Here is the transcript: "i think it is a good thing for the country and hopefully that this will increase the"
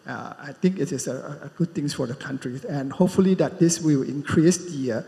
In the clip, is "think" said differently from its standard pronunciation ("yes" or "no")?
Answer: yes